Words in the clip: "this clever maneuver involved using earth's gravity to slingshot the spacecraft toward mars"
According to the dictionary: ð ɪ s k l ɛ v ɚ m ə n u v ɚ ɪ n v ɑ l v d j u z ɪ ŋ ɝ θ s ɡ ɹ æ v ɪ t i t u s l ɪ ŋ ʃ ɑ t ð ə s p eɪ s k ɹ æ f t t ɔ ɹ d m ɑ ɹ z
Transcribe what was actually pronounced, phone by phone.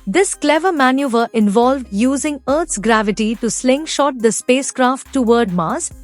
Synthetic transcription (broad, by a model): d ɪ s k l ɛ v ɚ m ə n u v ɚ ɪ n v ɑ l v d j u z ɪ ŋ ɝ t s ɡ ɹ æ v ɪ t i t u s l ɪ ŋ ʃ ɑ t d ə s p eɪ s k ɹ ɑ f t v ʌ ɹ d m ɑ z